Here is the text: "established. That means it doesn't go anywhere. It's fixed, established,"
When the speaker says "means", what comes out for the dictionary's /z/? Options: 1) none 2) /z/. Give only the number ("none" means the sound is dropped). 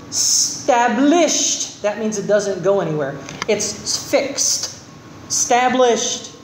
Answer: 2